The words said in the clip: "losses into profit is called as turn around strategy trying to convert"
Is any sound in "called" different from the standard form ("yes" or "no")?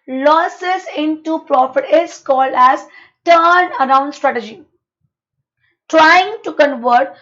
no